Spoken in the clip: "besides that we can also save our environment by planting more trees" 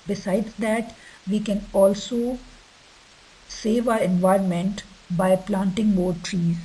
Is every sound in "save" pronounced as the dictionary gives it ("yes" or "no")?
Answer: yes